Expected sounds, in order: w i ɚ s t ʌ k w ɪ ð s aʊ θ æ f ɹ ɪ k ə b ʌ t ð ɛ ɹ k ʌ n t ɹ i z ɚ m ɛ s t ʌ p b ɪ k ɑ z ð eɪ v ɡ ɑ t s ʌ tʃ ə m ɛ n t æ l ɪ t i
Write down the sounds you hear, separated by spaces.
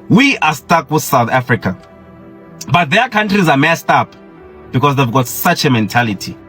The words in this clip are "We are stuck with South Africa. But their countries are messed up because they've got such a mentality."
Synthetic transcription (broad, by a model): w i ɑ s t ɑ k w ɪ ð s aʊ θ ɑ f ɹ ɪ k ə b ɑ t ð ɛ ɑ k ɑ n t ɹ i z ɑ m ɛ s t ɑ p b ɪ k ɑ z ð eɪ v ɡ ɑ t s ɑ tʃ ə m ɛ n t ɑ l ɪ t i